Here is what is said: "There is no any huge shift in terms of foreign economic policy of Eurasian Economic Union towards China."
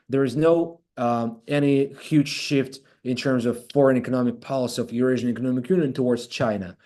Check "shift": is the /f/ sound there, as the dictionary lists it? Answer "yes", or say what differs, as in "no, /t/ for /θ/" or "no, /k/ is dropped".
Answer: yes